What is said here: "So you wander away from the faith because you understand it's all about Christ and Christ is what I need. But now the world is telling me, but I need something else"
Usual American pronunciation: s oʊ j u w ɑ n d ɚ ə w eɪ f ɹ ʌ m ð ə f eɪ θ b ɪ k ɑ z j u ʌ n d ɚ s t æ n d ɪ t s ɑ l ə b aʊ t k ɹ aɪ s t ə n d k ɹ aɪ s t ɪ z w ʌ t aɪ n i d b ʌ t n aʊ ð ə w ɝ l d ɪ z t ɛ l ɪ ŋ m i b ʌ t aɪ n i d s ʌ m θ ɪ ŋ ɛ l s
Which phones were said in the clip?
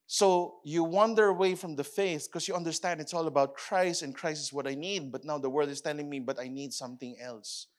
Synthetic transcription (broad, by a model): s oʊ j u w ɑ n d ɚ ə w eɪ f ɹ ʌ m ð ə f eɪ θ k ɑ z j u ʌ n d ɚ s t æ n d ɪ t s ɑ l ə b aʊ t k ɹ aɪ s t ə n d k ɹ aɪ s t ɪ s w ʌ t aɪ n i d b ʌ t n aʊ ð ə w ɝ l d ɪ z t ɛ l ɪ ŋ m i b ʌ t aɪ n i d s ʌ m θ ɪ ŋ ɛ l s